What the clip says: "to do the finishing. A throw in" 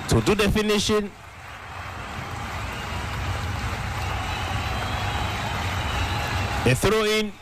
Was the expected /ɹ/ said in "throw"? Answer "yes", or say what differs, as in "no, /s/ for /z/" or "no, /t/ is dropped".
yes